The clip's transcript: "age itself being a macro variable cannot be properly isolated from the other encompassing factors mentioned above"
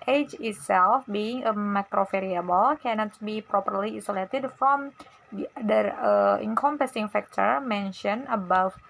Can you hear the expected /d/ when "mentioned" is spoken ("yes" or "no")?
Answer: no